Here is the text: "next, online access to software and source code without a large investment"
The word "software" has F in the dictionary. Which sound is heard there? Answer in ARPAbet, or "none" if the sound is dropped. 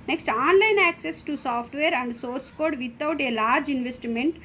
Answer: P